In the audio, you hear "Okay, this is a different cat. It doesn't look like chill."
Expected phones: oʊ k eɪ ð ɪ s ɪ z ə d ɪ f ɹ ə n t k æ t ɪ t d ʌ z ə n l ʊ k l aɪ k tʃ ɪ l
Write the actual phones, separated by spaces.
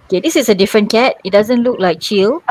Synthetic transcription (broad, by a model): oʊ k eɪ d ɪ s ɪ s ə d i f ɹ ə n k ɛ t ɪ t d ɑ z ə n l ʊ k l aɪ k tʃ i l